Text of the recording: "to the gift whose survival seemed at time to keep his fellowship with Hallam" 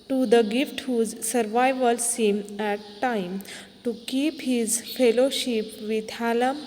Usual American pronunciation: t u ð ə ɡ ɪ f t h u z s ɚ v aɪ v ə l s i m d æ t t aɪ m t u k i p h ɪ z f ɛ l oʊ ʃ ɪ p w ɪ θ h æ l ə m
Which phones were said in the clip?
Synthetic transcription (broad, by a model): t u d ə ɡ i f t h u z s ɚ v aɪ v ə l s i m æ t t aɪ m t u k i p h ɪ z f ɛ l oʊ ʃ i p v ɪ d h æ l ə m